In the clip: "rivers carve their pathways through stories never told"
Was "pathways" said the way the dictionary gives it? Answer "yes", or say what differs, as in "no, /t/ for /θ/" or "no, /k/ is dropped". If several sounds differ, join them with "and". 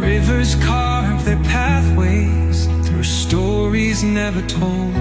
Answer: yes